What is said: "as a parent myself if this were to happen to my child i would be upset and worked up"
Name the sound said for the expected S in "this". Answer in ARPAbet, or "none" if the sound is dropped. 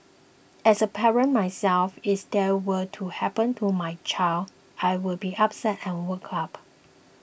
none